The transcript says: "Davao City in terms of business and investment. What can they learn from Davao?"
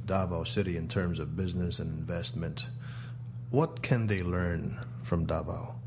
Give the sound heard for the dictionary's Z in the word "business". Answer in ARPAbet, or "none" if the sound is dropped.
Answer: Z